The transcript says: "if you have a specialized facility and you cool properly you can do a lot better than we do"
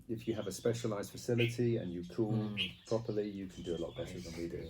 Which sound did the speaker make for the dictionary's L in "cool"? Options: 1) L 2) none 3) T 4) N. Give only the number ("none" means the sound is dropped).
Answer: 4